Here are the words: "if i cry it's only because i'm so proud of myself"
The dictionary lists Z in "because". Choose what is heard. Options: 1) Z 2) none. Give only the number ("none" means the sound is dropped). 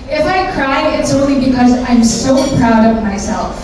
1